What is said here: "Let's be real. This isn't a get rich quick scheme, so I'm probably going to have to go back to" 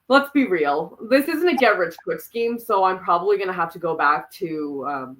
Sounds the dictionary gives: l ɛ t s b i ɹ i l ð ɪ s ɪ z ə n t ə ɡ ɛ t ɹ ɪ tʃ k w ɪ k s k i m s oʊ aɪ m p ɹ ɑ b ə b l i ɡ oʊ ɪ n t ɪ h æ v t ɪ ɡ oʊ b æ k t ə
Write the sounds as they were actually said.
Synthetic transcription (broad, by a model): l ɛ t s b i ɹ i l ð ɪ s ɪ z ə n t ə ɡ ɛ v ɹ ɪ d k w ɪ k s k i m s oʊ aɪ m p ɹ ɑ b ə b l i ɡ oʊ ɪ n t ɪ h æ f t ɪ ɡ oʊ b æ k t ə